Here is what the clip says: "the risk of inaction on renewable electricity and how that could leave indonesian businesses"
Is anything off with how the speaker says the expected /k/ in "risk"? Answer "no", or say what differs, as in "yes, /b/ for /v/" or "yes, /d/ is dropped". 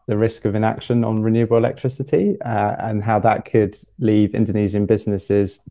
no